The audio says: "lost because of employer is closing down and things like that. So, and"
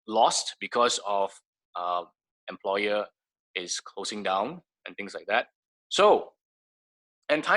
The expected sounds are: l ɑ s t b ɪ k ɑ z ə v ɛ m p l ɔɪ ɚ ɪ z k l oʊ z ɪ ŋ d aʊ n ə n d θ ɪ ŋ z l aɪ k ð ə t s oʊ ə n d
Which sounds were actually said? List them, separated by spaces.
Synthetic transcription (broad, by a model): l ɑ s t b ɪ k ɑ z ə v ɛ m p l ɔɪ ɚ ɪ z k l oʊ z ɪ ŋ d aʊ n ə n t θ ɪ ŋ s l aɪ k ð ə t s oʊ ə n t